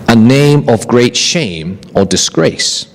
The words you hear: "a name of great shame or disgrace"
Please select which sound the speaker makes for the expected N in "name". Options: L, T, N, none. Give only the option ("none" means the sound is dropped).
N